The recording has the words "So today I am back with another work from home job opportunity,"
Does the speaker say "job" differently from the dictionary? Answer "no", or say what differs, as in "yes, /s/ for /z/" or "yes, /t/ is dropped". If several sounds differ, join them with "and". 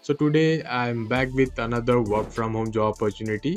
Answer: yes, /b/ is dropped